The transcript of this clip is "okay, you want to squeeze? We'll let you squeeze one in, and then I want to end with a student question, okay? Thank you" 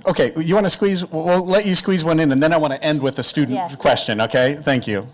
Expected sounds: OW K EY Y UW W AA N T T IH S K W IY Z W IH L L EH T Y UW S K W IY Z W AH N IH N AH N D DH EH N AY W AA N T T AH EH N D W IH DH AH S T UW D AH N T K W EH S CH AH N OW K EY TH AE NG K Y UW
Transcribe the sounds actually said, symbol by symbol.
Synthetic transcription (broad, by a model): OW K EY Y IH W AA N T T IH S K W IY Z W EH L L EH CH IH S K W IY Z W AH N IH N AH N DH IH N AY W AA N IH T EH N D W IH DH AH S T UW D N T K W EH S CH AH N OW K EY TH AE NG K Y UW